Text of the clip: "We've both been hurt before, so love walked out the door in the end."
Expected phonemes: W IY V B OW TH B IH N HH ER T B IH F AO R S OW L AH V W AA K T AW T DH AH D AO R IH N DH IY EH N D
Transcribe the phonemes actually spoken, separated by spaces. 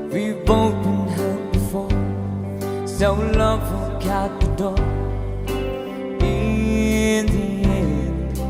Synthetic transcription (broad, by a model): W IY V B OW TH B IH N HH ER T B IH F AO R S OW L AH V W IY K AW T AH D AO IH N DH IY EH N